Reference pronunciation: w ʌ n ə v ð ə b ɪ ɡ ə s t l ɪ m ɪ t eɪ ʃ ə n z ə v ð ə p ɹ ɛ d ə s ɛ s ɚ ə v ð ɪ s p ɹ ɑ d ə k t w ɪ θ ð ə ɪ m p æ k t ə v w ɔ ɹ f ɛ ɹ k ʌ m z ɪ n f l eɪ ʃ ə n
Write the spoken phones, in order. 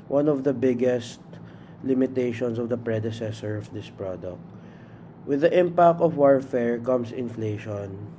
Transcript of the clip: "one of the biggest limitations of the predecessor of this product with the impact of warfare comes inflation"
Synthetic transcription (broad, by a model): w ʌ n ə v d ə b ɪ ɡ ə s t l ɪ m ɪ t eɪ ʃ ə n s ə v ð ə p ɹ ɛ d ə s ɛ s ɚ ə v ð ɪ s p ɹ ɑ d ə k t w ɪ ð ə ɪ m p æ k t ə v w ɔ ɹ f ɛ ɹ k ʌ m s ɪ n f l eɪ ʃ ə n